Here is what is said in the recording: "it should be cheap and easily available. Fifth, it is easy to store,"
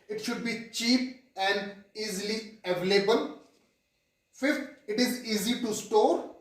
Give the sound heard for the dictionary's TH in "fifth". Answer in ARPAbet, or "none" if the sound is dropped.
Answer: T